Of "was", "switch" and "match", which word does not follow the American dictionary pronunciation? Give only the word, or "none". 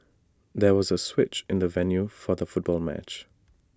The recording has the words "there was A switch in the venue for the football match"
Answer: none